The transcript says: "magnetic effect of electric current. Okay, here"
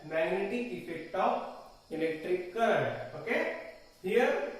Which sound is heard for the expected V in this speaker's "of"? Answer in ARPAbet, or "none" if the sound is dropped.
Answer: P